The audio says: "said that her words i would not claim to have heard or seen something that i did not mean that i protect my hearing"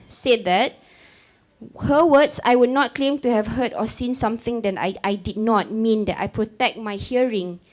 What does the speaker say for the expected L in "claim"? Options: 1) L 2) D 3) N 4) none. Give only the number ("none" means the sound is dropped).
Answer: 1